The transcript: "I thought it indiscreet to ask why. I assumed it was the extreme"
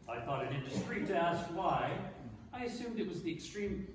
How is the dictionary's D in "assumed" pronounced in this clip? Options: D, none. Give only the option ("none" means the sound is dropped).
D